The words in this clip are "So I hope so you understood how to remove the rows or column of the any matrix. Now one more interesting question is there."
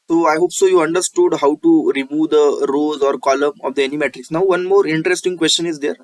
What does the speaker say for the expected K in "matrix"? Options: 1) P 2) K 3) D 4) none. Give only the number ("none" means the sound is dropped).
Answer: 4